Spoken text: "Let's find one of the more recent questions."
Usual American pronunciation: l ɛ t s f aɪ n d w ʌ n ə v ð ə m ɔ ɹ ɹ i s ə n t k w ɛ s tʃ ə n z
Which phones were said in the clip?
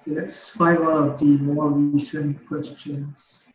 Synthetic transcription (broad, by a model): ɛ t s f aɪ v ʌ l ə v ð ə m ɔ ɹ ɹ i s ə n k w ɛ s tʃ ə n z